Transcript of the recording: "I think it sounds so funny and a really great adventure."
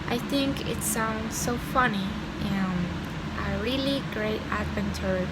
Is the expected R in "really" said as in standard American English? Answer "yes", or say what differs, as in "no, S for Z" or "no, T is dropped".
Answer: yes